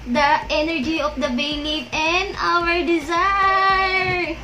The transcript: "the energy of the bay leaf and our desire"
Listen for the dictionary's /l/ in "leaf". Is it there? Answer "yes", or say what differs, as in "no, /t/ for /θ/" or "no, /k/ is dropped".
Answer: no, /n/ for /l/